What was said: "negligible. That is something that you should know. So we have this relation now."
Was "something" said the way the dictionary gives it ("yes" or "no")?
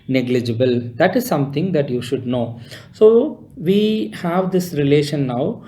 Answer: no